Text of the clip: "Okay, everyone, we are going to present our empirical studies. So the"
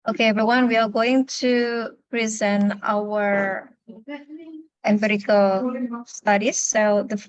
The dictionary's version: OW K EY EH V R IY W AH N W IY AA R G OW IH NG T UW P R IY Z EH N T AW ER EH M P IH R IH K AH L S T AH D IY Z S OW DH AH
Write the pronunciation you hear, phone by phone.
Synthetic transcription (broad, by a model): OW K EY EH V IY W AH N W IY AA R G OW IH NG T UW P R IY Z EH N T AW ER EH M B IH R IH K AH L S T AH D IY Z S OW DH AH